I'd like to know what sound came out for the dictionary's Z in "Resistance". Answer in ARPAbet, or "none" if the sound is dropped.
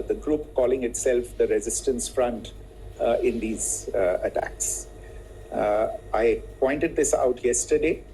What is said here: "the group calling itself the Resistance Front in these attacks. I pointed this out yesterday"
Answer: Z